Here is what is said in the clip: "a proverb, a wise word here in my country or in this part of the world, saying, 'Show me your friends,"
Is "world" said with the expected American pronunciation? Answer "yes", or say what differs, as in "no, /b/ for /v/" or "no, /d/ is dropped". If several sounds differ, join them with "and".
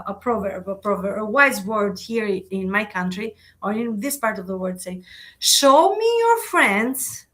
no, /l/ is dropped